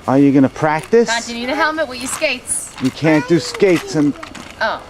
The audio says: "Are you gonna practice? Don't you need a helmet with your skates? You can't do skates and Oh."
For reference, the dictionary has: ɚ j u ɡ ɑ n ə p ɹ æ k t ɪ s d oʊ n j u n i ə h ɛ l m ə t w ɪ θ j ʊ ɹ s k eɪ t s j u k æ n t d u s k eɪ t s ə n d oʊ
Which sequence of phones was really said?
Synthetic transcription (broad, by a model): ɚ j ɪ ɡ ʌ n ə p ɹ æ k t ɪ s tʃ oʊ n n i ə h ɛ l m ə t w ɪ j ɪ s k eɪ t s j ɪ k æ n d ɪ s k eɪ t s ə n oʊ